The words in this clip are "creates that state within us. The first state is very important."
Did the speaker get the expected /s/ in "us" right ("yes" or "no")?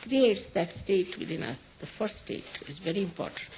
yes